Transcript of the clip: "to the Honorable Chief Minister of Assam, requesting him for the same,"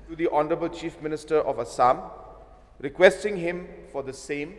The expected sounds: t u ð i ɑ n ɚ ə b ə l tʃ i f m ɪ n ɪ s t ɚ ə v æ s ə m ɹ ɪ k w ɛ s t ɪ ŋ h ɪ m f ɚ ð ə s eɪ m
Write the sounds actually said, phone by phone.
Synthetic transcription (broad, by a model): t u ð i ɑ n ɚ ə b ə l tʃ i f m ɪ n ɪ s t ɚ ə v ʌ s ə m ɹ ɪ k w ɛ s t ɪ ŋ h ɪ m f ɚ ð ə s eɪ m